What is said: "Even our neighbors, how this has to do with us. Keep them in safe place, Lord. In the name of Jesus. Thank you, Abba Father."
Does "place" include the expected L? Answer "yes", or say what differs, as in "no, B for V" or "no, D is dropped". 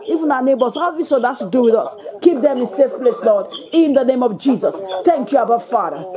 yes